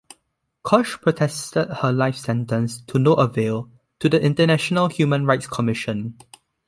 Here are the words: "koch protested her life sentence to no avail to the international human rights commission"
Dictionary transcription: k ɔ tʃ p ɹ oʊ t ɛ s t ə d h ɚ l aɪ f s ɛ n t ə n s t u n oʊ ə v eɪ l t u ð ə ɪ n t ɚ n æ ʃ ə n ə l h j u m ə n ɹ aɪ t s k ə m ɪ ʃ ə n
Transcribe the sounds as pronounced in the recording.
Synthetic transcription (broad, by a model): k ɔ ʃ p ɹ oʊ t ɛ s t ə d h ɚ l aɪ f s ɛ n t ə n s t u n oʊ ə v eɪ l t u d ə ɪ n t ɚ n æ ʃ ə n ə l h j u m ə n ɹ aɪ t s k ə m ɪ ʃ ə n